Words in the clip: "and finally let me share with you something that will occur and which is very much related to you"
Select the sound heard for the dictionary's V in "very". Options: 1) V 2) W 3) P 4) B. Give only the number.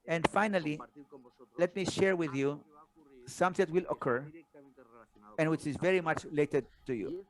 1